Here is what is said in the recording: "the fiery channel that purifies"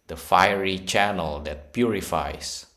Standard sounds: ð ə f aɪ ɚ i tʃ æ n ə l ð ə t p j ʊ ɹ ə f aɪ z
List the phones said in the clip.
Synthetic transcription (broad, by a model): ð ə f aɪ ɚ i tʃ æ n ə l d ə t p j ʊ ɹ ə f aɪ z